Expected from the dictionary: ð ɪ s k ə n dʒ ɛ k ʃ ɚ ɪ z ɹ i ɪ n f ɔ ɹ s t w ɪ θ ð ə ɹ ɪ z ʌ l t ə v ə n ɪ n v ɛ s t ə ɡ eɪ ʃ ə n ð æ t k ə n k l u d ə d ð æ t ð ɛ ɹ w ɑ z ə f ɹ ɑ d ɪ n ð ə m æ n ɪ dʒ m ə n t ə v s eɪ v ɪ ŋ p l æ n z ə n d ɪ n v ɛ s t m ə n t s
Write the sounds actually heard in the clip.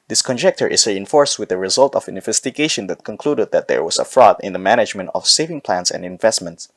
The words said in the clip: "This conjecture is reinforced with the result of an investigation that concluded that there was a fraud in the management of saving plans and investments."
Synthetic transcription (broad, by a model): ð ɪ s k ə n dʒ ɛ k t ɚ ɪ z ɹ i ɪ n f ɔ ɹ s t w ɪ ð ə ɹ ɪ z ʌ l t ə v ə n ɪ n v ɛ s t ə ɡ eɪ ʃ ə n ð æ t k ə n k l u d ə d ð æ t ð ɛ ɹ w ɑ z ə f ɹ ɑ d ɪ n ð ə m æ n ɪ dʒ m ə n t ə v s eɪ v ɪ ŋ p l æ n s ə n d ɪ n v ɛ s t m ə n t s